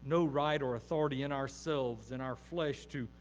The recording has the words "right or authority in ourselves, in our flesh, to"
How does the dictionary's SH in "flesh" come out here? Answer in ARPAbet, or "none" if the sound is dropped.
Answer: SH